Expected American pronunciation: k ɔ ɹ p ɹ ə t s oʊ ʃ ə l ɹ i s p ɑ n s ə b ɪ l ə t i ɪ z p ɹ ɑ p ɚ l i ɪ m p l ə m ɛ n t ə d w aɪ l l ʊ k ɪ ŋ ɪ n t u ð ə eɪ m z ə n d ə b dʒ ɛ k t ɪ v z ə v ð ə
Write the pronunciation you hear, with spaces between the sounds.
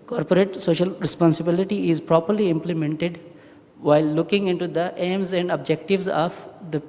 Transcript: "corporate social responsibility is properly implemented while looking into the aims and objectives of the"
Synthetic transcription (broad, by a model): k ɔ ɹ p ɹ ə t s oʊ ʃ ə l ɹ i s p ɑ n s ə b ɪ l ə t i ɪ z p ɹ ɑ p ɚ l i ɪ m p l ə m ɛ n t ə d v aɪ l l ʊ k ɪ ŋ ɪ n t u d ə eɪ m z ə n d ə b dʒ ɛ k t ɪ v z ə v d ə